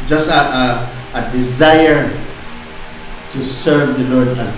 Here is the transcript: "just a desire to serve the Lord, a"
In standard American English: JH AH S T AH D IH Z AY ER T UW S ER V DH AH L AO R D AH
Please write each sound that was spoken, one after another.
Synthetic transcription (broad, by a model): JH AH S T AH D IH Z AY ER T UW S ER V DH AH L AO R D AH